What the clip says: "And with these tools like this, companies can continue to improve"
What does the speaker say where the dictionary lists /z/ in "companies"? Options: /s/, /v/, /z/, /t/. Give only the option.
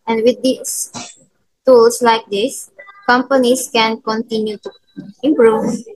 /s/